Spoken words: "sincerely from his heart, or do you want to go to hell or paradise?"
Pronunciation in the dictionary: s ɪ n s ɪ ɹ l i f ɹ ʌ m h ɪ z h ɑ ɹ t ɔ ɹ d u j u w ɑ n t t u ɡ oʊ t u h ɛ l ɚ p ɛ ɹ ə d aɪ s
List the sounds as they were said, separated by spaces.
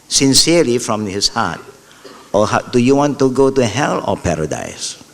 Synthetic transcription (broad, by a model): s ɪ n s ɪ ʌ l i f ɹ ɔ m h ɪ s h ɑ t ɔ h d u j u w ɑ n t t u ɡ oʊ t u h ɛ l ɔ p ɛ ɹ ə d aɪ s